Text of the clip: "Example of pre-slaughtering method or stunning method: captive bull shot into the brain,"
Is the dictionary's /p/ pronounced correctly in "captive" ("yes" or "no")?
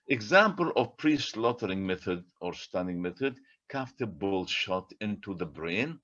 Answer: no